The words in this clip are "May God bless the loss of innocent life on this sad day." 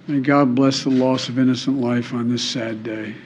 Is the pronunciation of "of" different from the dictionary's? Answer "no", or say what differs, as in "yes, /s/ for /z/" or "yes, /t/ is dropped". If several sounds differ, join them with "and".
no